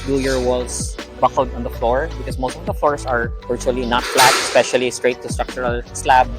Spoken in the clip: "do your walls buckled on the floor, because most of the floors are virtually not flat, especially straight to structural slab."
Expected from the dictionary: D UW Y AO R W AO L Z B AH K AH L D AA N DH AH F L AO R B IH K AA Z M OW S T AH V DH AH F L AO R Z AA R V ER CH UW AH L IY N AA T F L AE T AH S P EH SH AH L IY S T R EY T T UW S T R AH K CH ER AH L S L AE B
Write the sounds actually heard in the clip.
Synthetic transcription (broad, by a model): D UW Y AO R W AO L S B AH K AH L D AA N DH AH F L AO R B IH K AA S M OW S T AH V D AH F L AO R S AA R V ER CH UW AH L IY N AA T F L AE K AH S P EH SH AH L IY S T R EY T T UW S T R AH K CH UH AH L S L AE B